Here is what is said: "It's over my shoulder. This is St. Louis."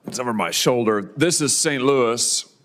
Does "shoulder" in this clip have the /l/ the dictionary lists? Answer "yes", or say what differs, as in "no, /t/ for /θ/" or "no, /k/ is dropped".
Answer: yes